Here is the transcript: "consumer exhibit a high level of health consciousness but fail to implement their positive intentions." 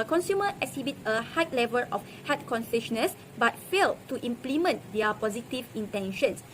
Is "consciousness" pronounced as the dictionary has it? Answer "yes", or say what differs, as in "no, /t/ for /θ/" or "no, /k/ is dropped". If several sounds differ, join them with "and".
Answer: no, /s/ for /ʃ/ and /ʃ/ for /s/